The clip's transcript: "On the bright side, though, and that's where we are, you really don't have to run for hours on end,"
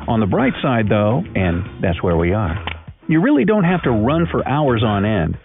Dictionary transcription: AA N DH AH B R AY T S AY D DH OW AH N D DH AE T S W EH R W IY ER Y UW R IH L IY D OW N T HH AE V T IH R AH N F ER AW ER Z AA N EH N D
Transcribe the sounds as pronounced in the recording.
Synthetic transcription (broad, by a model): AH N DH AH B R AY T S AY D DH OW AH N DH AE T S W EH R W IY ER Y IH R IH L IY D OW N T HH AE F T IH R AH N F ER AW ER Z N EH N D